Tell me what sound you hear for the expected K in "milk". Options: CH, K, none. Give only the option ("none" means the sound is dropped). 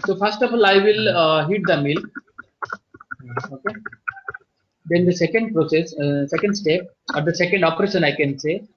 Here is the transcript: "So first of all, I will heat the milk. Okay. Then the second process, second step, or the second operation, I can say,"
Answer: none